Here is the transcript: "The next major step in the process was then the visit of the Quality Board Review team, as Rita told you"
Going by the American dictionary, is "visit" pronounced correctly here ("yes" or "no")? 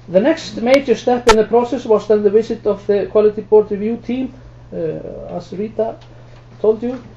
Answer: no